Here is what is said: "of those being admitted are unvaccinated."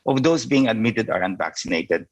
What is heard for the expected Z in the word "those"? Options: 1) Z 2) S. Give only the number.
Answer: 2